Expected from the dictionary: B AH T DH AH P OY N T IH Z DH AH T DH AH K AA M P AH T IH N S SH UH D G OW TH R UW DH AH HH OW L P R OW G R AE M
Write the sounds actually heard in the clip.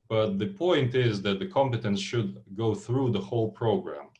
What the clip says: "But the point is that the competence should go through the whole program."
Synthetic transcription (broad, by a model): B AH T DH AH P OY N T IH Z DH AH T DH AH K AA M P AH T IH N S SH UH D G OW TH R UW DH AH HH OW L P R OW G R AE M